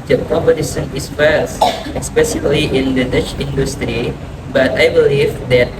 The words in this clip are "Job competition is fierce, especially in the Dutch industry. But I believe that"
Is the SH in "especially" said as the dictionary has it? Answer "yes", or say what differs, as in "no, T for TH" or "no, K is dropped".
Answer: no, S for SH